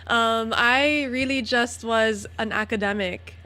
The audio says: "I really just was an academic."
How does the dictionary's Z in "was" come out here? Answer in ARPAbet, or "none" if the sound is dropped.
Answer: Z